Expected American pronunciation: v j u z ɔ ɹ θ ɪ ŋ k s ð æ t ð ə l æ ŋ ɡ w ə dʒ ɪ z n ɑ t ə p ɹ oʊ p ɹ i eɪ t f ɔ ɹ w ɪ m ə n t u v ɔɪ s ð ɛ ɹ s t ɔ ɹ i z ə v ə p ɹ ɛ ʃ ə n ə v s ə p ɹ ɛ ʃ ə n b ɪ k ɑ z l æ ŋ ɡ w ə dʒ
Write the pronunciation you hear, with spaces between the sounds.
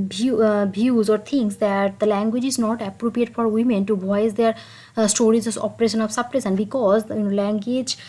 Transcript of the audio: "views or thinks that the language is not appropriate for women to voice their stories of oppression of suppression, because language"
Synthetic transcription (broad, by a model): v j u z ɔ ɹ t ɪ ŋ k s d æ t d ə l æ ŋ ɡ w ə dʒ ɪ z n ɑ t ə p ɹ oʊ p ɹ i eɪ t f ɔ ɹ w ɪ m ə n t u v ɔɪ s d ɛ ɹ s t ɔ ɹ i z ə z ə p ɹ ɛ ʃ ə n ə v s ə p ɹ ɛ s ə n b ɪ k ɑ z l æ ŋ ɡ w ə dʒ